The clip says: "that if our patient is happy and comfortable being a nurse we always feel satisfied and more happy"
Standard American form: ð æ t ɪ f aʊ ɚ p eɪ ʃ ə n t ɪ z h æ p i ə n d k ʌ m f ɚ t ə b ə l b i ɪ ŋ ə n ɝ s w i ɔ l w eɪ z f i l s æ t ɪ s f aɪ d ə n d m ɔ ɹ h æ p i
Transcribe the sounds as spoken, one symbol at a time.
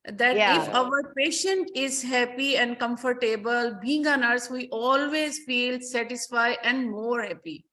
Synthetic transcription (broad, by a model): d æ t ɪ f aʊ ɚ p eɪ ʃ ə n t ɪ z h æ p i ə n d k ʌ m f ɚ t ə b ə l b i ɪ ŋ ə n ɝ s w i ɔ l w eɪ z f i l s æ t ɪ s f aɪ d ə n d m ɔ ɹ h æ p i